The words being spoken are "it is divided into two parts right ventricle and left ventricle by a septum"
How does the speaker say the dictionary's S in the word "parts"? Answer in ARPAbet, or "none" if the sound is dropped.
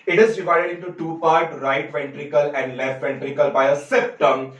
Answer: none